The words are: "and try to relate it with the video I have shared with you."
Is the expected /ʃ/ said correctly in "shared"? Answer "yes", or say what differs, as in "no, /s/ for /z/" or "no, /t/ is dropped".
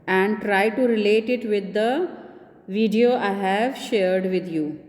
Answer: yes